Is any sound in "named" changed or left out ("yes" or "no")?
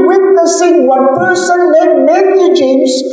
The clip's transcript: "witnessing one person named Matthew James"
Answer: yes